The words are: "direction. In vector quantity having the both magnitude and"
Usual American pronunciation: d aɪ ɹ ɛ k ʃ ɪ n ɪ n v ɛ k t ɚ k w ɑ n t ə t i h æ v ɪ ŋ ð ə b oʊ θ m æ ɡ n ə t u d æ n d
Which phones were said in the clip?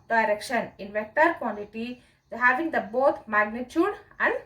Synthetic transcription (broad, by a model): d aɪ ɹ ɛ k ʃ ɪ n ɪ n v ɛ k t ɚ k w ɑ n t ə t i h æ v ɪ ŋ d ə b oʊ t m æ ɡ n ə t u d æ n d